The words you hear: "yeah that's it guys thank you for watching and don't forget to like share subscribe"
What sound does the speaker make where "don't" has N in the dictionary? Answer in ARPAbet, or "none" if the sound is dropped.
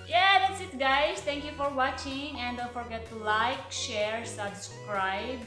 L